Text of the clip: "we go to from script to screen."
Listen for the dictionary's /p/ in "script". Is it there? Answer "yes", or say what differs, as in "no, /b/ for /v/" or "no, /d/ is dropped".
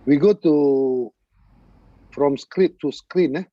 no, /p/ is dropped